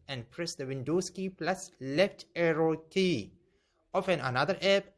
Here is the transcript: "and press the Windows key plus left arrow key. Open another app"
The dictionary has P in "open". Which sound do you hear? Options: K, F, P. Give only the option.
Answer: F